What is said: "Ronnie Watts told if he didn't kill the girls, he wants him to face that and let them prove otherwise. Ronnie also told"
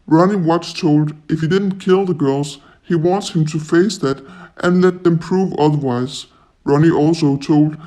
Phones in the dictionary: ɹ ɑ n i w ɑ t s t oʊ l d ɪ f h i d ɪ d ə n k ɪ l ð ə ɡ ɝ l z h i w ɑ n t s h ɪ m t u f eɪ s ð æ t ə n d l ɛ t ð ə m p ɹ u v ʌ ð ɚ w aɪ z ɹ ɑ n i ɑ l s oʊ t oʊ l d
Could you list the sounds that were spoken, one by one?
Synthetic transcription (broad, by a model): ɹ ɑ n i w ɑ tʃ t oʊ l d ɪ f h i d ɪ d n k ɪ l ð ə ɡ ɝ l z h i w ɑ n t s h ɪ m t u f eɪ s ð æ t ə n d l ɛ t ð ə m p ɹ u v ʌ ð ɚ w aɪ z ɹ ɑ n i ɑ l s oʊ t oʊ l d